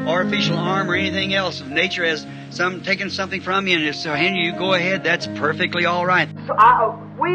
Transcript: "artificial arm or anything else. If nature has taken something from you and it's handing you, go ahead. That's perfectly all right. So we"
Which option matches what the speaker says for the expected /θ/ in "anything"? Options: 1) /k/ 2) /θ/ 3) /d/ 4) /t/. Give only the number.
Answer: 2